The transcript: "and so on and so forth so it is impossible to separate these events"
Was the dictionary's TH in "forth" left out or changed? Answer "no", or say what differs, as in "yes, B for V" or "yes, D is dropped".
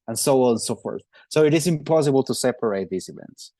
no